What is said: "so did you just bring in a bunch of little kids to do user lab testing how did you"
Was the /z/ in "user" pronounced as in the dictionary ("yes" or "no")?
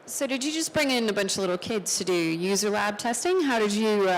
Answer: yes